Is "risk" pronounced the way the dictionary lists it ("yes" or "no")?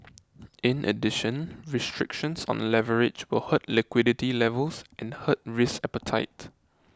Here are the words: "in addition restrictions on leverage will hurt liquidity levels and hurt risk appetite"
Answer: no